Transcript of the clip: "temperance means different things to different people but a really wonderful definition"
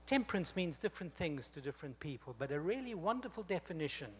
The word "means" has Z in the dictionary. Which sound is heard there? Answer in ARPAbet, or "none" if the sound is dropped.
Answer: Z